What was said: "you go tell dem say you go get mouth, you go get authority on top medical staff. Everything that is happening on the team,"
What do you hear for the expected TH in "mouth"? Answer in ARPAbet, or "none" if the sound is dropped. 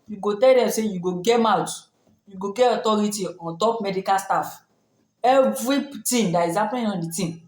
T